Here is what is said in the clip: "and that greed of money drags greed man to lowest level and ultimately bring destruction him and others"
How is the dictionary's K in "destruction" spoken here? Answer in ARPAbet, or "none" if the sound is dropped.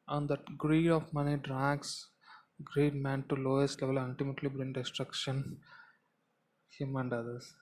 K